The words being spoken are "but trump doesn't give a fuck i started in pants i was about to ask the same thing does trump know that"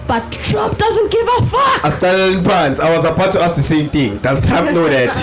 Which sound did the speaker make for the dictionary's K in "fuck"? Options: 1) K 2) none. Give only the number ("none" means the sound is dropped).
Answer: 2